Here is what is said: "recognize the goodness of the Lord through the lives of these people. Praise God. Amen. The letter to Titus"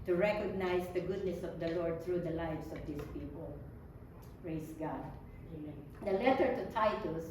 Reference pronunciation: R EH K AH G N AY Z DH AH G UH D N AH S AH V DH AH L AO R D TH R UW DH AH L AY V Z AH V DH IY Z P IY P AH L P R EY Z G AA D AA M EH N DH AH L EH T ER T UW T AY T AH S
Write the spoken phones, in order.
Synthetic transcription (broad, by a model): R EH K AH G N AY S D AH G UH D N AH S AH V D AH L AO R D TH R UW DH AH L AY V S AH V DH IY S P IY P AH L P R EY S G AA D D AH L EH T ER T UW T AY T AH S